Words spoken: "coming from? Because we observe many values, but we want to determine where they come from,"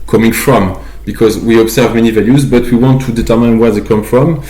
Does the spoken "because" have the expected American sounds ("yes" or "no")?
yes